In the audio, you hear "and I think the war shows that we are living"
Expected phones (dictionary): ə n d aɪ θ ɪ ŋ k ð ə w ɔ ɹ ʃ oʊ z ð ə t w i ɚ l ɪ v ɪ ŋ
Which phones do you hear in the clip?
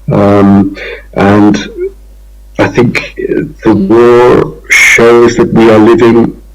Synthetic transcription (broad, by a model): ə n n aɪ θ ɪ ŋ k ð ə w ɔ ɹ ʃ oʊ z ð ə t w i ɚ l ɪ v ɪ ŋ